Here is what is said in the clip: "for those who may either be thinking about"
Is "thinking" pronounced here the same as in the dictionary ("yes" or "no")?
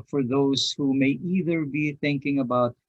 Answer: yes